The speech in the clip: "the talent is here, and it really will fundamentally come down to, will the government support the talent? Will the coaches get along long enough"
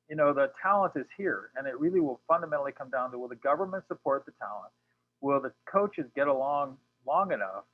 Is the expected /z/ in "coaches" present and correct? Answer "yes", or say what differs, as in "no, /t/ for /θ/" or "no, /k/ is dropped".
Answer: yes